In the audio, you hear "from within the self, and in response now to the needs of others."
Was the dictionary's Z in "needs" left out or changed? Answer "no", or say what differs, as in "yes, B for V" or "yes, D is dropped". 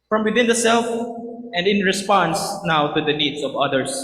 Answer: yes, S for Z